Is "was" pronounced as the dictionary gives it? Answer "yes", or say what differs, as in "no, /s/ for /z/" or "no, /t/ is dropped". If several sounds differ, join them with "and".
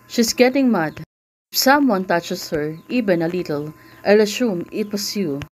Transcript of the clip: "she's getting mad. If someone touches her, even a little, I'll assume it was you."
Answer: no, /s/ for /z/